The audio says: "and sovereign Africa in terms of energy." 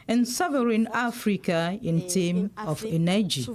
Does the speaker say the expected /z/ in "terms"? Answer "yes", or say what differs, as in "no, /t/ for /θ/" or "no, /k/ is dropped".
no, /z/ is dropped